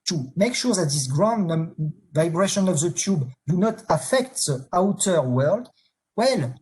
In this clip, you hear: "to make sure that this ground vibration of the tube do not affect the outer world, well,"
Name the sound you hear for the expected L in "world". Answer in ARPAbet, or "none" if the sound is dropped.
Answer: L